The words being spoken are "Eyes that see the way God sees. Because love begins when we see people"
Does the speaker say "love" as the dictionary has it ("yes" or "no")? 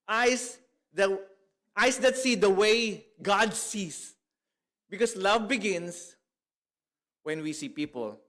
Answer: yes